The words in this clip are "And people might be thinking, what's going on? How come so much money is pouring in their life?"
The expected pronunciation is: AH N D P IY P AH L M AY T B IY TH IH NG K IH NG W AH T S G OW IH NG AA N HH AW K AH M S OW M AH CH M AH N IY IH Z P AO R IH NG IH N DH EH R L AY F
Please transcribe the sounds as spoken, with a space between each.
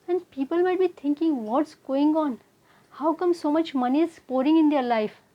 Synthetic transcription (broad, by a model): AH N D P IY P AH L M AY T B IY T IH NG K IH NG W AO T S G OW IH NG AA N HH AW K AH M S OW M AH CH M AH N IY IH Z P AO R IH NG IH N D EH R L AY F